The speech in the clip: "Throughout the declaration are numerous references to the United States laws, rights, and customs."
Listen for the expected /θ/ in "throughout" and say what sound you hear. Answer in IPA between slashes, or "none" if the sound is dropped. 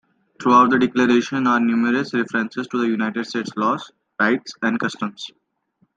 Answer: /t/